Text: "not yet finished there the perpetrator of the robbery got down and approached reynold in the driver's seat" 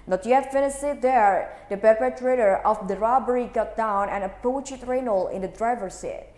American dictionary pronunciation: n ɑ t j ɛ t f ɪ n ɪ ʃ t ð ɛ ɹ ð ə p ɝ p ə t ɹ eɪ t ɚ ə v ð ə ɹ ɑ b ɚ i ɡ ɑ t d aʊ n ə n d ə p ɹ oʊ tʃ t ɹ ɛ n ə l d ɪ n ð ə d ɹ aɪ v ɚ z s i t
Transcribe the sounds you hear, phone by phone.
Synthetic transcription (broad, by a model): n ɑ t j ɛ t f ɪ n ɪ s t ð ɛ ɹ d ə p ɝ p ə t ɹ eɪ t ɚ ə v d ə ɹ ɑ b ɚ i ɡ ɑ t d aʊ n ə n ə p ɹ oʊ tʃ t ɹ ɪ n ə l ɪ n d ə d ɹ aɪ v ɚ s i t